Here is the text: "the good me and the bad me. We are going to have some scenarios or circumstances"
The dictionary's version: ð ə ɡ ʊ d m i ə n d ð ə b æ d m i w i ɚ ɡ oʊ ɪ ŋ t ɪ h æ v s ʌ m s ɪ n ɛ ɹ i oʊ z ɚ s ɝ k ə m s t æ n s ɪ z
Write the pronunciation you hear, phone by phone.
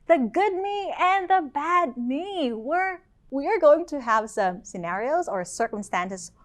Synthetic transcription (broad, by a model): ð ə ɡ ʊ d m i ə n ð ə b æ d m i w i ɚ ɡ oʊ ɪ ŋ t ɪ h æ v s ʌ m s ɪ n ɛ ɹ i oʊ z ɚ s ɝ k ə m s t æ n s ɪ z